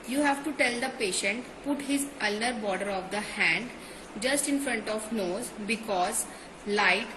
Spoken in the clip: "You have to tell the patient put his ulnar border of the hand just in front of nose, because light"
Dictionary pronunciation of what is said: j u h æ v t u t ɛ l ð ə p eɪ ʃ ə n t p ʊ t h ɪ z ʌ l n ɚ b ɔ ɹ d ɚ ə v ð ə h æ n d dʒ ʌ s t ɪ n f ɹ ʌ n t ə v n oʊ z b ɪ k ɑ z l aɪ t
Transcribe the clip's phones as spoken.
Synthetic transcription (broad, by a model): j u h æ v t u t ɛ l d ə p eɪ ʃ ə n t p ʊ t h ɪ z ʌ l ɚ b ɔ ɹ d ɚ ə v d ə h æ n d dʒ ʌ s t ɪ n f ɹ ʌ n t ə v n oʊ z b ɪ k ɑ z l aɪ t